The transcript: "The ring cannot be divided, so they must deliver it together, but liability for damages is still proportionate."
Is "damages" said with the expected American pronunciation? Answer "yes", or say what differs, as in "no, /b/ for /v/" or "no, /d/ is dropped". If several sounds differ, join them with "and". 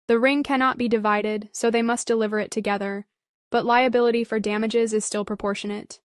yes